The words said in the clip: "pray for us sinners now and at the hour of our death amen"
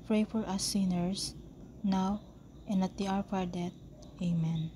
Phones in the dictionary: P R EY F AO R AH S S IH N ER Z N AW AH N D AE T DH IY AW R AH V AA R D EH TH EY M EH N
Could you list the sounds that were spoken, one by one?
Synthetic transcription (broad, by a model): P R EY F AO R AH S S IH N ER S N AW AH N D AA T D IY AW R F AA R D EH T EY M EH N